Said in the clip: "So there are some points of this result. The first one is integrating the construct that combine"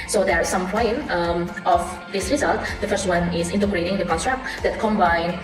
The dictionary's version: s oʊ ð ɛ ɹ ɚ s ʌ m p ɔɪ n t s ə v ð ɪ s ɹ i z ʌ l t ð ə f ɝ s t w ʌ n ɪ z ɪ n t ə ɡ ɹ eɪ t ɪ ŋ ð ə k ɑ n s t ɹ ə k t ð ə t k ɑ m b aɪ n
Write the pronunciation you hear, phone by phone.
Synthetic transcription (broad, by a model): s oʊ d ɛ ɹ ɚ s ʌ m p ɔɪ n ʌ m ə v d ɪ s ɹ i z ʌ l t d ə f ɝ s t w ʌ n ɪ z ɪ n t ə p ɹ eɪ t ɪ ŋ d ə k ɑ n t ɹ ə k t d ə t k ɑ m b aɪ n